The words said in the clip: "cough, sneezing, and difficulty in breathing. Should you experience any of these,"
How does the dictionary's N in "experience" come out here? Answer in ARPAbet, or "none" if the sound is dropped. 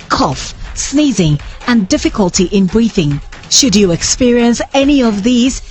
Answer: N